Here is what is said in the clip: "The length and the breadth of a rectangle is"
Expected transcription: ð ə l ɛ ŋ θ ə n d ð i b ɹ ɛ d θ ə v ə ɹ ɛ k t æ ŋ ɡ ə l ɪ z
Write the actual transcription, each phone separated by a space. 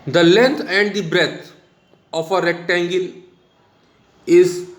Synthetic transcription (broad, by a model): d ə l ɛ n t ə n d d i b ɹ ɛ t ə f ə ɹ ɛ k t æ ŋ ɡ ə l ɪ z